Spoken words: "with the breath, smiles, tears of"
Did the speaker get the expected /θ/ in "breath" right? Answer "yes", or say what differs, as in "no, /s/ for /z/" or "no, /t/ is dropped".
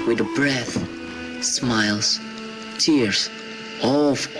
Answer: yes